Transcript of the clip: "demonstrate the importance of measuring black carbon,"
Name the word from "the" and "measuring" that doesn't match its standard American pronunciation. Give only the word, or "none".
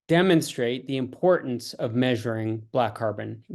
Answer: none